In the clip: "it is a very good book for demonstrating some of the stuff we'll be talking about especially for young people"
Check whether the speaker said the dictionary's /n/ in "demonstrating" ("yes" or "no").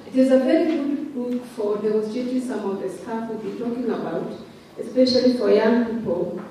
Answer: no